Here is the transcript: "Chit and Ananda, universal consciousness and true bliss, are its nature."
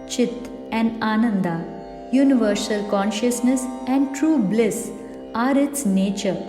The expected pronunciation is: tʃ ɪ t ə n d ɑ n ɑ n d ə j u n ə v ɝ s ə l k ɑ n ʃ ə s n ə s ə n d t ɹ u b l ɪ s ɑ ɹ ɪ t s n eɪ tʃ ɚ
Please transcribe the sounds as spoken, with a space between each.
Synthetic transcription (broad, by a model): tʃ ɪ t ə n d ɑ n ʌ n d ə j u n ə v ɝ s ə l k ɑ n ʃ ə s n ə s ə n d t ɹ u b l ɪ s ɑ ɹ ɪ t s n eɪ tʃ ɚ